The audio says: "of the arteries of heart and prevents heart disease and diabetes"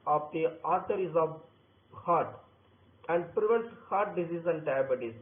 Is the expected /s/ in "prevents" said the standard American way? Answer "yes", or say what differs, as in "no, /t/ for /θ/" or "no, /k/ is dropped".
no, /s/ is dropped